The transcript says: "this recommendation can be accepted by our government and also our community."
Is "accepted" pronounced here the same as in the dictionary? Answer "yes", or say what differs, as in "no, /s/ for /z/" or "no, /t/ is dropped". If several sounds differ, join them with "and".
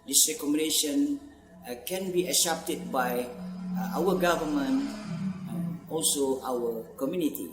no, /k/ is dropped